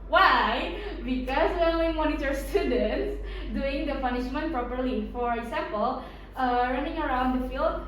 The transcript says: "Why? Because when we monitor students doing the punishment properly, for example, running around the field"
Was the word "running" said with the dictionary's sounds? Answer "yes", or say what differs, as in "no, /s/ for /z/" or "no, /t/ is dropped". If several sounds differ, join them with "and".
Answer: yes